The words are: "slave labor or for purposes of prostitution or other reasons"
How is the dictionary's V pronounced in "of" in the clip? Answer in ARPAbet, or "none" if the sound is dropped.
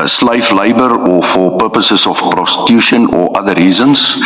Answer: F